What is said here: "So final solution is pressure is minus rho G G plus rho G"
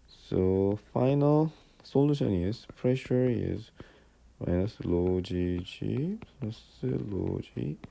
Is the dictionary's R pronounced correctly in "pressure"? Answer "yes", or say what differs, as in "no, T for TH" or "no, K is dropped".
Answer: yes